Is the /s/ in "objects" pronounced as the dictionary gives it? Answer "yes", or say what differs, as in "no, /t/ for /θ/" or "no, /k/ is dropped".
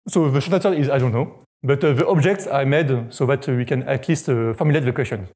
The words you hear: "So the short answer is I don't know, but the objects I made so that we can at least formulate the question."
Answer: yes